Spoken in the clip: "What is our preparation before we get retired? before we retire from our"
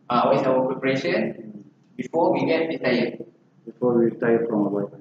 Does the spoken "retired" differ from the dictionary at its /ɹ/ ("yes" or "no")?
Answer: yes